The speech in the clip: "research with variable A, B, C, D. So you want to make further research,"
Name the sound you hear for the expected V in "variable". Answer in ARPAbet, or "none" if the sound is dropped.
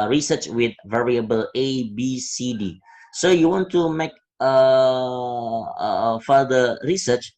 V